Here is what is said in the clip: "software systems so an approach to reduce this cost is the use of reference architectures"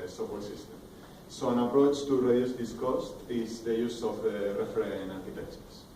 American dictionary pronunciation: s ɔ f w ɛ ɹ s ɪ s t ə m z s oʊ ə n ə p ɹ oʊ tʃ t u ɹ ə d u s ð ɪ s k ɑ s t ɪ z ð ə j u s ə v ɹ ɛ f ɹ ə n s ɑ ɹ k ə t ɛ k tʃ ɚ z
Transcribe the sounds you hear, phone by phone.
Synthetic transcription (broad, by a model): s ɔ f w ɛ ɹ s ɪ s t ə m s oʊ ə n ə p ɹ oʊ tʃ t u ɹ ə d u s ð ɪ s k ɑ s t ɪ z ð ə j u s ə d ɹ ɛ f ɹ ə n ɑ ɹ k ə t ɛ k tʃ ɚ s